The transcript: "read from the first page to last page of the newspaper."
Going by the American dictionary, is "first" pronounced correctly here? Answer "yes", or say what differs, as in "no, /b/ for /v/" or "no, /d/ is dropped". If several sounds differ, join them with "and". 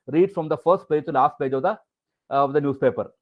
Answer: yes